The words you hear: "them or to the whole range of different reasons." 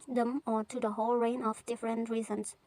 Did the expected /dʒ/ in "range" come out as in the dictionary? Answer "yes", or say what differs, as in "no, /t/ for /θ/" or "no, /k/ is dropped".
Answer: no, /dʒ/ is dropped